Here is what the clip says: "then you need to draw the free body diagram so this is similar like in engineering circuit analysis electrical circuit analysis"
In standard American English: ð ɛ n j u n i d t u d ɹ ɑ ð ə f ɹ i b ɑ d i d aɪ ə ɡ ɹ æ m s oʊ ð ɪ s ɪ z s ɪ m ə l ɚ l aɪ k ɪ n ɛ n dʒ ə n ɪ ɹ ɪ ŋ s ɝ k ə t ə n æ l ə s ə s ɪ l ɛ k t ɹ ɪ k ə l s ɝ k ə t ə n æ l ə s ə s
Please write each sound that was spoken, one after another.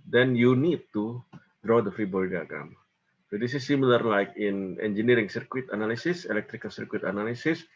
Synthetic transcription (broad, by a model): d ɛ n j u n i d t u d ɹ ɑ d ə f ɹ i b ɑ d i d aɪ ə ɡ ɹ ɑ m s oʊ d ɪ s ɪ s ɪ m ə l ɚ l aɪ k ɪ n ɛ n dʒ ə n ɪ ɹ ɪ ŋ s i k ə t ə n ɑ l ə s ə s ɪ l ɛ k t ɹ ɪ k ə l s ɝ k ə t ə n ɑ l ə s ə s